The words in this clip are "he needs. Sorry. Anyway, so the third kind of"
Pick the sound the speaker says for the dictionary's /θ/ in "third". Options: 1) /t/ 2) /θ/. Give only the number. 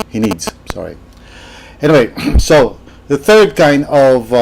2